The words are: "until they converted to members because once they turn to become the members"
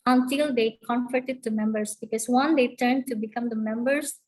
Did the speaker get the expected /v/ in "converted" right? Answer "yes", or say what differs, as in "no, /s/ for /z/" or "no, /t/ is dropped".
no, /f/ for /v/